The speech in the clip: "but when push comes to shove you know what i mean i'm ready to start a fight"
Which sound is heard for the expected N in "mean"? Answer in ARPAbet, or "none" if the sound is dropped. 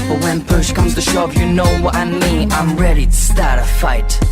none